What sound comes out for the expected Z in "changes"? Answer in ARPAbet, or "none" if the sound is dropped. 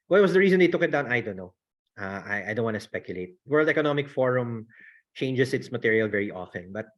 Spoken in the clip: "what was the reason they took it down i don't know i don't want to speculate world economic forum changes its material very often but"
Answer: S